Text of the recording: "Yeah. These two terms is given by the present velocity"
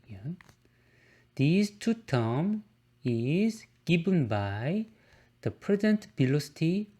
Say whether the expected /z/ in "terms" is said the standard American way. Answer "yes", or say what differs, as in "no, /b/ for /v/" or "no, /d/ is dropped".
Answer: no, /z/ is dropped